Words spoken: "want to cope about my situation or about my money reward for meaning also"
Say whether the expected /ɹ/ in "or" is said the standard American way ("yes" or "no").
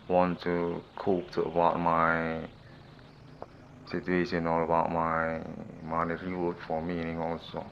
no